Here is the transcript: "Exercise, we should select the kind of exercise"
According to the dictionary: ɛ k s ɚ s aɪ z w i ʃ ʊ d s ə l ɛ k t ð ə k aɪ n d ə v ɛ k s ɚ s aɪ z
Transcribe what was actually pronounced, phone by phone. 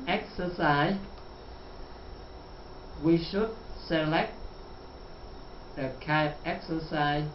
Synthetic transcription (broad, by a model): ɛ k s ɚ s aɪ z w i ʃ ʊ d s ə l ɛ k t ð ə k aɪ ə p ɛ k s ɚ s aɪ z